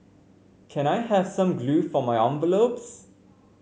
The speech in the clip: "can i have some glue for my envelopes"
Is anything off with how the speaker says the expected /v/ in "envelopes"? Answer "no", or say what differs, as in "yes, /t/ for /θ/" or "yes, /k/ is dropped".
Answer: yes, /b/ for /v/